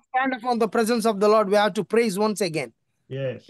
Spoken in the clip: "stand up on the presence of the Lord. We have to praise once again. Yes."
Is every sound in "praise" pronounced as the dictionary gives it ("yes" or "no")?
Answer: yes